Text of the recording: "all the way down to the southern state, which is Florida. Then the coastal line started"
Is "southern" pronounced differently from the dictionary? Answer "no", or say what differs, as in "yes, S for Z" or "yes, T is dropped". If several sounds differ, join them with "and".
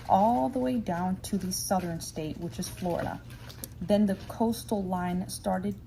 no